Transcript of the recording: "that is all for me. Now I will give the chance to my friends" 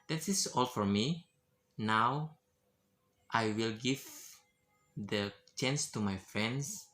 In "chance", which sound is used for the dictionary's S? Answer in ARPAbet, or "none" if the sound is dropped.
S